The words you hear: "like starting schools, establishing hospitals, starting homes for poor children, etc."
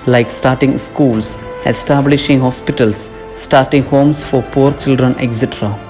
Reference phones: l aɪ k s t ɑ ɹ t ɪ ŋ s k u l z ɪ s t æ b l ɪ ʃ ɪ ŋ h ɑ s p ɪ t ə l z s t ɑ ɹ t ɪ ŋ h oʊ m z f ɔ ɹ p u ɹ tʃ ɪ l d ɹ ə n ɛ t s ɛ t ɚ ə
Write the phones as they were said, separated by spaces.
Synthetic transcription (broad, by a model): l aɪ k s t ɑ ɹ t ɪ ŋ s k u l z ɪ s t æ b l ɪ ʃ ɪ ŋ h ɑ s p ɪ t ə l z s t ɑ ɹ t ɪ ŋ h oʊ m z f ɔ ɹ p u ɹ tʃ ɪ l d ɹ ə n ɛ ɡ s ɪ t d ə